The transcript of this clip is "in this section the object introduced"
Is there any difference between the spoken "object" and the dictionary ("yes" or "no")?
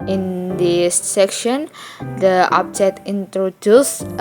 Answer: yes